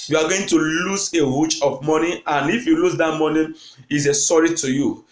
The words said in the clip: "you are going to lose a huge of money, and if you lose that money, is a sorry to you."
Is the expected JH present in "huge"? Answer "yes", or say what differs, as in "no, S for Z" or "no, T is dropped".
no, CH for JH